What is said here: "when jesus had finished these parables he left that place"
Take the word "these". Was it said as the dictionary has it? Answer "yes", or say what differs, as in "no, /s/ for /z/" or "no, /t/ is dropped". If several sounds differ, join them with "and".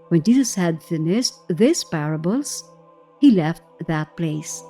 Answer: no, /s/ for /z/